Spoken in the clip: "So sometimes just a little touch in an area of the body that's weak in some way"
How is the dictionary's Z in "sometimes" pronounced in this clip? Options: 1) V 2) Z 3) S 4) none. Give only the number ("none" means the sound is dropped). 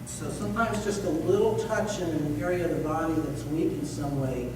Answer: 2